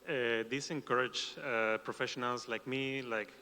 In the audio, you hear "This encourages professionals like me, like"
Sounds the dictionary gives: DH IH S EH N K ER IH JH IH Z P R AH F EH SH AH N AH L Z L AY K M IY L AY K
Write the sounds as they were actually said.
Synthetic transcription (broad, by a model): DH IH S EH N K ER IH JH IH P R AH F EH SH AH N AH L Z L AY K M IY L AY K